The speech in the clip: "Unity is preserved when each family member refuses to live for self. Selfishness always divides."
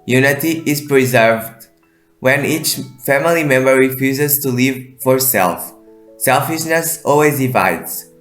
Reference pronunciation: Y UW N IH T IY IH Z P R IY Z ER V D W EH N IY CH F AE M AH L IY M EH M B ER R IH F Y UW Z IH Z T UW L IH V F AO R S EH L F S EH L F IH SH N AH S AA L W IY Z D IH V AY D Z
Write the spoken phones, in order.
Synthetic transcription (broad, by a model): Y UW N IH T IY IH Z P R IY Z ER V D W EH N IY CH F AE M AH L IY M EH M B ER R IH F Y UW Z IH Z T UW L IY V F AO R S EH L F S EH L F IH SH N AH S AA L W IY Z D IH V AY D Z